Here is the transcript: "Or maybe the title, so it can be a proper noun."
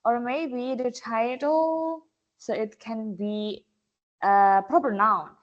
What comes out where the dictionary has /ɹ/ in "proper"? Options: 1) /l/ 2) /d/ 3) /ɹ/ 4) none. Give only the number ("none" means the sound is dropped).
3